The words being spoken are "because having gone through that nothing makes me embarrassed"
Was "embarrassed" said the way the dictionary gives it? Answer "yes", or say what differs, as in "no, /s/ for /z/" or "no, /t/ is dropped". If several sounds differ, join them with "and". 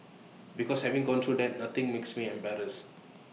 no, /t/ is dropped